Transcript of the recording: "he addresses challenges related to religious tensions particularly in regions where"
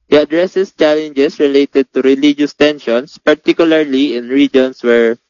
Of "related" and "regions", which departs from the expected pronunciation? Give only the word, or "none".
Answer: regions